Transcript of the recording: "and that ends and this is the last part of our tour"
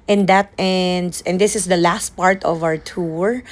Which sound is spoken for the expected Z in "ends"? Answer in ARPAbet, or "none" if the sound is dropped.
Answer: S